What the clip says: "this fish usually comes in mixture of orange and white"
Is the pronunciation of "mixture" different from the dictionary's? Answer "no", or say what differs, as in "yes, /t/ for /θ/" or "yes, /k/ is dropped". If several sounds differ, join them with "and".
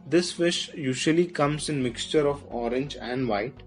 no